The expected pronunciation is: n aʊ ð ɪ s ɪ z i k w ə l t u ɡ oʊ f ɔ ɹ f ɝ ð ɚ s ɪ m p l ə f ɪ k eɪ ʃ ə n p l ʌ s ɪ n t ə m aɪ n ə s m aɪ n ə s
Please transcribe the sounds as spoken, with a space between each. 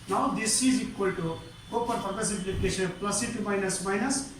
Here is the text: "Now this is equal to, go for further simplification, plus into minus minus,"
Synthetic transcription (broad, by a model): n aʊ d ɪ s ɪ z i k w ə l t u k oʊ p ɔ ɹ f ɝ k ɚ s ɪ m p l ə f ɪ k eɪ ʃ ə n p l ʌ s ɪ t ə m aɪ n ə s m aɪ n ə s